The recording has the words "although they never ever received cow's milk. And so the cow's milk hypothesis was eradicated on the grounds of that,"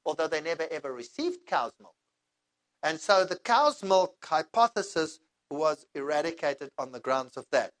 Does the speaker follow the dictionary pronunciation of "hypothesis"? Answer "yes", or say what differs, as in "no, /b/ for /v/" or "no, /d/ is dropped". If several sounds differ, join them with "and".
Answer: yes